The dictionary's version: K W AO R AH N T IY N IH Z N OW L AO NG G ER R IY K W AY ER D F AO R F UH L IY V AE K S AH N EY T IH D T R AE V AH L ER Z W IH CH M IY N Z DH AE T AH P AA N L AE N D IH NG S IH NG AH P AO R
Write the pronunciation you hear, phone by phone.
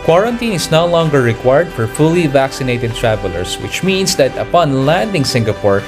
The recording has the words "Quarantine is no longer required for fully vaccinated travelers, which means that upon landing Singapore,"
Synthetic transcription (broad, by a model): K W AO R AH N T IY N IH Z N OW L AO NG G ER R IY K W AY ER D F AO R F UH L IY V AE K S AH N EY T IH D T R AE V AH L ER S W IH CH M IY N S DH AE T AH P AA N L AE N D IH NG S IH NG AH P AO R